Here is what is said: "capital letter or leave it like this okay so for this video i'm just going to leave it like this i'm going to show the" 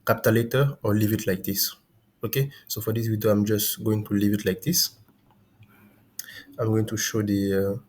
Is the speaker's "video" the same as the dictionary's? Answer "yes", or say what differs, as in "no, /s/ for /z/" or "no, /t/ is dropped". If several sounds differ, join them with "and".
no, /w/ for /v/